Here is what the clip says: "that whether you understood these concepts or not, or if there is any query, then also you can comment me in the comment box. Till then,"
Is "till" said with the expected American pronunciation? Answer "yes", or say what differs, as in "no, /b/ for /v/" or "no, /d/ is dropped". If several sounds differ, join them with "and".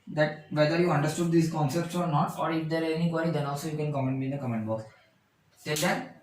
no, /s/ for /t/